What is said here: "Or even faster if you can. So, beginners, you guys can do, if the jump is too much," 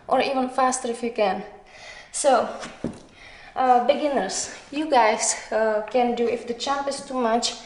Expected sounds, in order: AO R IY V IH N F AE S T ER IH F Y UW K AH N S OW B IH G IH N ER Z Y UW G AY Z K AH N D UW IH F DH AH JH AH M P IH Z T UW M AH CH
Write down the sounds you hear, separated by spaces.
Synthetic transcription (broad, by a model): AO R IY V IH N F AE S T ER IH F Y UW K AH N S OW B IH G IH N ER S Y UW G AY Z K AH N D UW IH F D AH CH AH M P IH S T UW M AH CH